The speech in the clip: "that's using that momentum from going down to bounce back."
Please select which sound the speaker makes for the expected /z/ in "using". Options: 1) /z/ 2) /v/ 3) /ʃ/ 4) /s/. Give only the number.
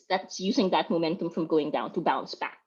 1